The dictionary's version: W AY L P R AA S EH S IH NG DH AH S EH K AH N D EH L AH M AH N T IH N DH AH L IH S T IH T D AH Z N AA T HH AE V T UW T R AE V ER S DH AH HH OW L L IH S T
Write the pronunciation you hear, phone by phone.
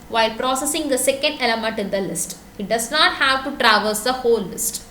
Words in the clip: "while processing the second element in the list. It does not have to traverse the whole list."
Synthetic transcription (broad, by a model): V AY L P R AA S EH S IH NG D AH S EH K AH N D EH L AH M AH N T IH N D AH L IH S T IH T D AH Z N AA T HH AE V T UW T R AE V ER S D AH HH OW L L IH S T